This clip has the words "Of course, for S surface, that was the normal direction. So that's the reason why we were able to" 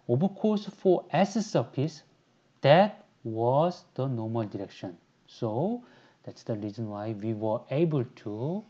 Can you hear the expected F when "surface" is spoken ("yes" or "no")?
no